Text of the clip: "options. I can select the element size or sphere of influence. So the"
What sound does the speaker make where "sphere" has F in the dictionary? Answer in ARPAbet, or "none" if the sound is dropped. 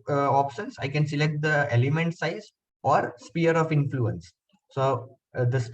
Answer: P